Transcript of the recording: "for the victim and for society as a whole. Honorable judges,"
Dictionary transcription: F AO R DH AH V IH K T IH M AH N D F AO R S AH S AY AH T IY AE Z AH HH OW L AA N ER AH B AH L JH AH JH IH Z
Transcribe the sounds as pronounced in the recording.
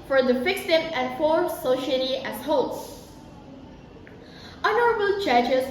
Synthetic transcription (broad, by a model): F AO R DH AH F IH K S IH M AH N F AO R S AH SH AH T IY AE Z HH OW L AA N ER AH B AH L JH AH JH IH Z